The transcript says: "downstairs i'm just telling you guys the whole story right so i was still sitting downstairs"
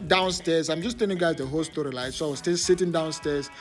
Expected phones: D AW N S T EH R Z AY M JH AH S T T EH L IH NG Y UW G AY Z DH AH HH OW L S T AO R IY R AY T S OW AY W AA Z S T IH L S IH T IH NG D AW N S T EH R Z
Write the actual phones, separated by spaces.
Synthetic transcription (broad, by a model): D AW N S T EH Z AY M JH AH S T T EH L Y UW G AY Z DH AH HH OW L S T AO R IY L AY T S OW AY W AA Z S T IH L S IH T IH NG D AW N S T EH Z